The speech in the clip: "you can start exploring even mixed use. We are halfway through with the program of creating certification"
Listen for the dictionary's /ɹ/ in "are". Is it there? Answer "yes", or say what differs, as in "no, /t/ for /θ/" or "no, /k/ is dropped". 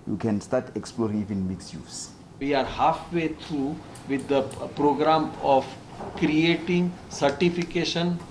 yes